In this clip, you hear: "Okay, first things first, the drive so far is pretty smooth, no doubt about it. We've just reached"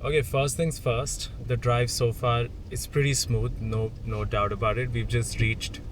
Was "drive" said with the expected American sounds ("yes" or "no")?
yes